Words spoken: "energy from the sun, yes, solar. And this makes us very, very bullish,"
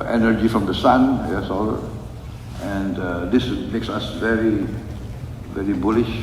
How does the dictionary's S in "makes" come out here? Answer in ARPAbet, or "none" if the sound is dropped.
S